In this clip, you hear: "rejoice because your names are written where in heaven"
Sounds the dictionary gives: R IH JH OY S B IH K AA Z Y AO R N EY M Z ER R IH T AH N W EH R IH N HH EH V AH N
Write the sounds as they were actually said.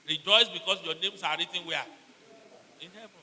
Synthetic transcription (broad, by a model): R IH JH OY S B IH K AA S Y AO N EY M S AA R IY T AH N W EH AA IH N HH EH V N